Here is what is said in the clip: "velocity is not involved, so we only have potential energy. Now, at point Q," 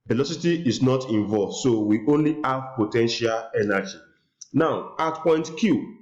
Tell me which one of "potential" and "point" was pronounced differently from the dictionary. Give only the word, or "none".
none